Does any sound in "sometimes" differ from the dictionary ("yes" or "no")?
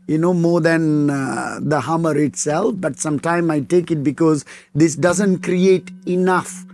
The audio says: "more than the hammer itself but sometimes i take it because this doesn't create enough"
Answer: yes